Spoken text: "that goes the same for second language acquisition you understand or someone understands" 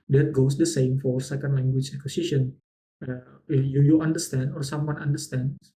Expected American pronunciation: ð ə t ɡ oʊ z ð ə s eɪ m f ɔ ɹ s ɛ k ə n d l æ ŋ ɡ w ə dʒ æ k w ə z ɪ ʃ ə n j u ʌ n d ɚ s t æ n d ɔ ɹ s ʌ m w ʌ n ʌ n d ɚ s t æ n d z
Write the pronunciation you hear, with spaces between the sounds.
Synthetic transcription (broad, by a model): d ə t ɡ oʊ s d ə s eɪ m f ɔ ɹ s ɛ k ə n d l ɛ ŋ ɡ w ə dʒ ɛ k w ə s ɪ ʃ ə n j u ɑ n d ɚ s t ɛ n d ɔ ɹ s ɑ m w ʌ n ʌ n d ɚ s t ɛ n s